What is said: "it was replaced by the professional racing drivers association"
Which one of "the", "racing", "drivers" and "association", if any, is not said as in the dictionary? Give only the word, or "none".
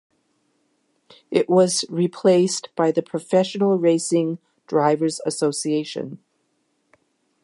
none